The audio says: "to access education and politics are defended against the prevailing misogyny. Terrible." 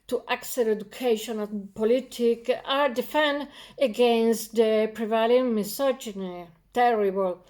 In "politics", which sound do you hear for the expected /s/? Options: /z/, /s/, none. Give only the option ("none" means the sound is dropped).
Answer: none